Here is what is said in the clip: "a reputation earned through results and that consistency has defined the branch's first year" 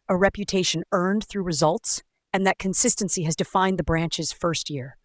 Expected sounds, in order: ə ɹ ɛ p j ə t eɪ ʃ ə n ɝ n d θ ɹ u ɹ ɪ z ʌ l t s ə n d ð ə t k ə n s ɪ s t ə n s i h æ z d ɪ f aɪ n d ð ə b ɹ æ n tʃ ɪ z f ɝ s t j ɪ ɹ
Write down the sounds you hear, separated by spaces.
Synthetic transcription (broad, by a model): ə ɹ ɛ p j ə t eɪ ʃ ə n ɝ n d θ ɹ u ɹ ɪ z ʌ l t s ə n ð ə t k ə n s ɪ s t ə n s i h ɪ z d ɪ f aɪ n ð ə b ɹ æ n tʃ ɪ z f ɝ s t j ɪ ɹ